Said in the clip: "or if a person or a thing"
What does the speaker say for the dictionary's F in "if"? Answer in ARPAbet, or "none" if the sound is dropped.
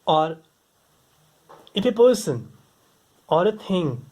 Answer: P